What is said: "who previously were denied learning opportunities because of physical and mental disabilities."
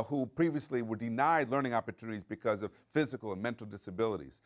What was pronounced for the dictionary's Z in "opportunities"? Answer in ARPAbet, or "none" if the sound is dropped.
Z